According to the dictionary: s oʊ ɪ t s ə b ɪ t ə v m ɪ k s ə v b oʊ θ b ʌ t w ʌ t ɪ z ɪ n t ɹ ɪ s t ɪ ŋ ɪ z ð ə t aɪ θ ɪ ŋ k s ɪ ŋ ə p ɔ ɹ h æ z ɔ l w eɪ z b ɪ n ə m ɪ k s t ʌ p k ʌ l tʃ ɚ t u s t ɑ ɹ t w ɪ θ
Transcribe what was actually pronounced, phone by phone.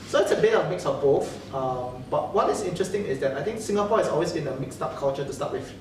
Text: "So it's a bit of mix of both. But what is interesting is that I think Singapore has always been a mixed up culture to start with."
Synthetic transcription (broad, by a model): s oʊ ɪ t s ə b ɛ ə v m ɪ k s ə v b oʊ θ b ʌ t w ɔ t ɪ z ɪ n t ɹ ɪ s t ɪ ŋ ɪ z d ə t aɪ t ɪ ŋ k s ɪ ŋ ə p ɔ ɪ s ɔ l w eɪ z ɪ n ə m ɪ k s t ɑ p k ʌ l tʃ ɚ t u s t ɑ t w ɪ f